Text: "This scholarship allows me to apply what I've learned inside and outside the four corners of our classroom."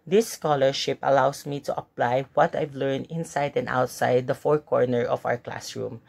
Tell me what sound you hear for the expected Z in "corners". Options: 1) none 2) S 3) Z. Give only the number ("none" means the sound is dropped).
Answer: 1